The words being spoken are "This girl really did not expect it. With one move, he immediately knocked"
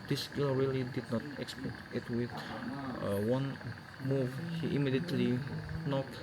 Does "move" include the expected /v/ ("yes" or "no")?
yes